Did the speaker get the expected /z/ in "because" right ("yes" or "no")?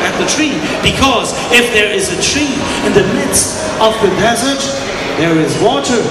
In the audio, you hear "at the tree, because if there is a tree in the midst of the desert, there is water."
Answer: yes